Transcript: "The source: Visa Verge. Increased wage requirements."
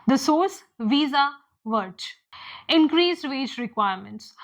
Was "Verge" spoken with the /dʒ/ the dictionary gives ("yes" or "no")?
no